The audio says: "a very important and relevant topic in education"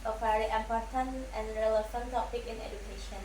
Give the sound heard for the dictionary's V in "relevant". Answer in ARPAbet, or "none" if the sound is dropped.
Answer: F